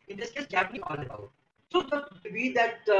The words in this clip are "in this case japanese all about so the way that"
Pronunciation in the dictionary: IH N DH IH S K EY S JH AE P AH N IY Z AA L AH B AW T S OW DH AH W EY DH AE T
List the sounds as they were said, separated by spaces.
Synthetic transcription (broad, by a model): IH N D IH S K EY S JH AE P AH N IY AA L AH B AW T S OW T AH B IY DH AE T